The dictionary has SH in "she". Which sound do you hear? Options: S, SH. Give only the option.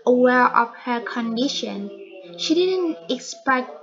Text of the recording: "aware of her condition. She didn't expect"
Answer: SH